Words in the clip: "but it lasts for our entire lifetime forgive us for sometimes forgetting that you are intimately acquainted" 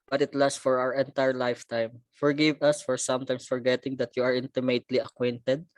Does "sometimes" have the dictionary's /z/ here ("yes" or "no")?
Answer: no